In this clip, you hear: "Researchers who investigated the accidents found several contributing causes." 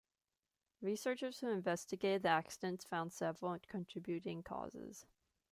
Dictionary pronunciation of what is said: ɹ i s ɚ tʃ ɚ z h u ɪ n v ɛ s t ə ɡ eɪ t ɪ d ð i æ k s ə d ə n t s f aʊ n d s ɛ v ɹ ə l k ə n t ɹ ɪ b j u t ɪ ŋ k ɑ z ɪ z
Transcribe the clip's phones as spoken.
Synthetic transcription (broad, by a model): ɹ i s ɚ tʃ ɚ z h u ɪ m v ɛ s t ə ɡ eɪ t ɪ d ð i æ k s ə d ə n t s f aʊ n d s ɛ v l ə n k ə n t ɹ ɪ b j u t ɪ ŋ k ɑ z ɪ z